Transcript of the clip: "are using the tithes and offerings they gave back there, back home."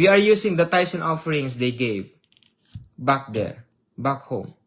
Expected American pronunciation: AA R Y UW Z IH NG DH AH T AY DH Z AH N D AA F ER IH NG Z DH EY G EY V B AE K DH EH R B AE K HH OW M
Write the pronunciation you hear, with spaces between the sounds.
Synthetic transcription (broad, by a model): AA R Y UW S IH NG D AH T AY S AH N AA F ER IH NG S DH EY G EY V B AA K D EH R B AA K HH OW M